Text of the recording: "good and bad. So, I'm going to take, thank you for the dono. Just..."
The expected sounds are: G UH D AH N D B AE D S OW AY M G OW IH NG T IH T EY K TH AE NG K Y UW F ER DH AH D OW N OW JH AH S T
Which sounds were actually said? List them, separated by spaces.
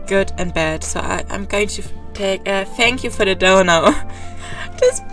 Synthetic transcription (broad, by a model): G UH D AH N B AE D S OW AY M G OW IH NG T IH T EY K TH AE NG K Y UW F ER DH AH D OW N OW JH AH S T